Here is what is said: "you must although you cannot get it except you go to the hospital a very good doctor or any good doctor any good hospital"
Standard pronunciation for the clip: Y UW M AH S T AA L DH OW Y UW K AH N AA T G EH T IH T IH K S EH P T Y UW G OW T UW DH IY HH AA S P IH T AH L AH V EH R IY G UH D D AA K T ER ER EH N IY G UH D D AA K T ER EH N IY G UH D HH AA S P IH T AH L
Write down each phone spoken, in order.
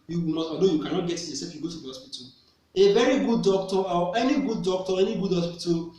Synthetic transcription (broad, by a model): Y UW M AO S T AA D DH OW Y UW K AH N AA T G EH T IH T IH S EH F Y UW G OW T UW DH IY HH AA S P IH T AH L AH V EH R IY G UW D D AA K T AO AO EH N IY G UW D D AA K T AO EH N IY G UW D HH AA S P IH T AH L